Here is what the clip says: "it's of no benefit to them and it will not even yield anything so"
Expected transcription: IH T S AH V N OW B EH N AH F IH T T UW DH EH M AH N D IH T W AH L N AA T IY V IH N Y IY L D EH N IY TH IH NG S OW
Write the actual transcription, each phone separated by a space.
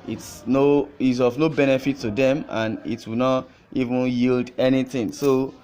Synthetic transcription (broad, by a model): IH T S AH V N OW B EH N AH F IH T T UW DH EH M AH N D IH T W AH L N AA T IY V IH N Y IY L D EH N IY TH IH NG S OW